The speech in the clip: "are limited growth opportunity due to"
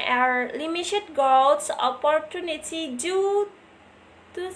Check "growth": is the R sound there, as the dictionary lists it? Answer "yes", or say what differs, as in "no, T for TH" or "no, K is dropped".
no, R is dropped